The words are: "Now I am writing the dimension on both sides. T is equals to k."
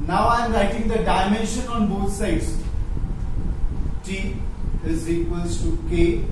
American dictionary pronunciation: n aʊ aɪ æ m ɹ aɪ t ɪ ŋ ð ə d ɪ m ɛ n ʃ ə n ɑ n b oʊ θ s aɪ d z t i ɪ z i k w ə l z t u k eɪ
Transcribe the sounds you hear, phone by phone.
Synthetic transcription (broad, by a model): n aʊ aɪ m l aɪ t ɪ ŋ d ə d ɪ m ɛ n ʃ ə n ɑ n b oʊ t s aɪ d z t i ɪ z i k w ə l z t u k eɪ